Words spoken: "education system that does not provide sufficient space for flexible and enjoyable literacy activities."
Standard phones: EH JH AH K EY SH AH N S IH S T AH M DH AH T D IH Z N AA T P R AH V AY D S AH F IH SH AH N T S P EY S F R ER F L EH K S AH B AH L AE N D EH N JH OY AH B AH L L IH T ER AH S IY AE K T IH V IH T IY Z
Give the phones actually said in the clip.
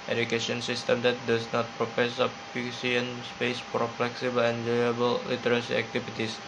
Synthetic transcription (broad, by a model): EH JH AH K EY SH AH N S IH S T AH M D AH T D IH S N AA T P R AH P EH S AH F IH S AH N S P EY S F R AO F L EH K S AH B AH L EH N JH OY AH B AH L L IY T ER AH S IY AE K T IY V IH T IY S